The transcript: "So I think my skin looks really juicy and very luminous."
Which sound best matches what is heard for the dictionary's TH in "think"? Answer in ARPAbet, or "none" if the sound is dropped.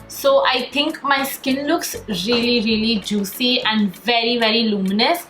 T